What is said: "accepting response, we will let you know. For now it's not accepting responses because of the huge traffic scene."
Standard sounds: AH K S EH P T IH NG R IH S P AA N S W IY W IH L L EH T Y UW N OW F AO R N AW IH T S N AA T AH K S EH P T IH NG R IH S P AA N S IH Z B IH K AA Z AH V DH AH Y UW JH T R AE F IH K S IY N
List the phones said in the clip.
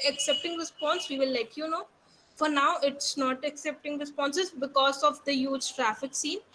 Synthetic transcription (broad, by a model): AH K S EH P T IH NG R IH S P AA N S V IY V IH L L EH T Y UW N OW F AO R N AW IH T S N AA T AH K S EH P T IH NG R IH S P AA N S IH Z B IH K AA Z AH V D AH Y UW JH T R AE F IH K S IY N